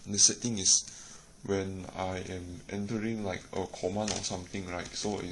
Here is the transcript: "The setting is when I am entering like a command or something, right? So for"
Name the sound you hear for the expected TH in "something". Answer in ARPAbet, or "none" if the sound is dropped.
T